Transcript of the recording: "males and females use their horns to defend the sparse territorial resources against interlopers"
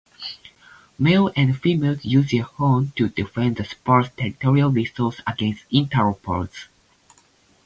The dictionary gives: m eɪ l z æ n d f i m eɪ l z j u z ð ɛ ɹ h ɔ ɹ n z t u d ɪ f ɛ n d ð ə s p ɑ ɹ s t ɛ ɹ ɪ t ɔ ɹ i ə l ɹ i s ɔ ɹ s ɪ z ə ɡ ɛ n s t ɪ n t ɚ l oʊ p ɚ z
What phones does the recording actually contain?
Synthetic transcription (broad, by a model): m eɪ l æ n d f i m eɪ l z j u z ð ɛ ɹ h ɔ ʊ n t u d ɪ f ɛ n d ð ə s p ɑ ɹ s t ɛ ɹ ɪ t ɔ ɹ i ə l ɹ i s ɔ l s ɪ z ə ɡ ɛ n s t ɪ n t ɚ oʊ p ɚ s